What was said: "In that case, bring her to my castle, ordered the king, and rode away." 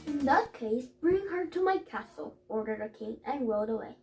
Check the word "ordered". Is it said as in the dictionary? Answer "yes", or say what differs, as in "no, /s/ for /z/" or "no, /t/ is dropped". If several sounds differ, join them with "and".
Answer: yes